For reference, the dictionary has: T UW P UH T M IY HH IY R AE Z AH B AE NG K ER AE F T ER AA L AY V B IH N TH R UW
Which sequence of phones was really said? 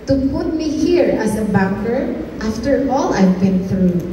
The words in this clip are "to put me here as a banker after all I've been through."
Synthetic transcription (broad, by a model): T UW P UH T M IY HH IY R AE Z AH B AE K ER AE F T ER AA L AY V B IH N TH R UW